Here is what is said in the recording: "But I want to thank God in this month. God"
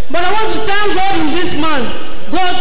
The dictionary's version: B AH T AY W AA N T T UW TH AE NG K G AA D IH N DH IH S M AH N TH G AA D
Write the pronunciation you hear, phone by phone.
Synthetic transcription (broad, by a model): B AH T AY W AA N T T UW T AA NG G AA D IH N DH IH S M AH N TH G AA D